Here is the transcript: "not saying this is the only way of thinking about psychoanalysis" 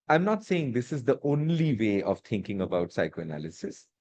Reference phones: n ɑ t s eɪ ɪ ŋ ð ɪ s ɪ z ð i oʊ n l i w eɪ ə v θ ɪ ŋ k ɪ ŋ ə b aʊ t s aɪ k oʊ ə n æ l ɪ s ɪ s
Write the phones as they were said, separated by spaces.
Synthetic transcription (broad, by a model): n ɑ t s eɪ ɪ ŋ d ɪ s ɪ z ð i oʊ n l i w eɪ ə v t ɪ ŋ k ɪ ŋ ə b aʊ t s aɪ k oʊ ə n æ l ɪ s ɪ s